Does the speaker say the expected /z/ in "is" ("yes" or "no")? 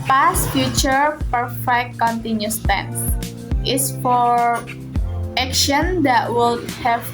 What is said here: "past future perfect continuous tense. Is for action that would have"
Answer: no